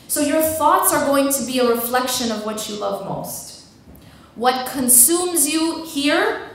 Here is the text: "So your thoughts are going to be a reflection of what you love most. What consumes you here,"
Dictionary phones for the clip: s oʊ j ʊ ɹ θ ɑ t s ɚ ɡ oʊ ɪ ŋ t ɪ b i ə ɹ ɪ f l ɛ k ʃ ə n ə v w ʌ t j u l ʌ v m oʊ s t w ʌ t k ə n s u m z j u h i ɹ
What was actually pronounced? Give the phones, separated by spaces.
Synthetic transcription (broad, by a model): s oʊ j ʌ ɹ θ ɑ t s ɚ ɡ oʊ ɪ ŋ t ɪ b i ə ɹ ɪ f l ɛ k ʃ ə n ə v w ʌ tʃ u l ʌ v m oʊ s t w ʌ t k ə n s u m z j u h i ɹ